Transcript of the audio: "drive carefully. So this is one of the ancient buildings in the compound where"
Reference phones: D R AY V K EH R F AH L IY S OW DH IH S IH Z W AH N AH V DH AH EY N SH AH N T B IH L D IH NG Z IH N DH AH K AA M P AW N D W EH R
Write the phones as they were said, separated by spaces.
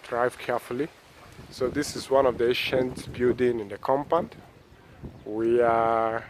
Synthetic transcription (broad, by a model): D R AY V K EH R F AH L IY S OW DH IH S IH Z W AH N AH V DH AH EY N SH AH N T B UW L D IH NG IH N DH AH K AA M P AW N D W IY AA